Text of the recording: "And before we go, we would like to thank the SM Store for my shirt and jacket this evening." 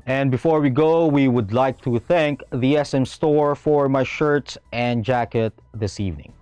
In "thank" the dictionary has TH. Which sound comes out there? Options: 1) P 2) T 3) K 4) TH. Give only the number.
4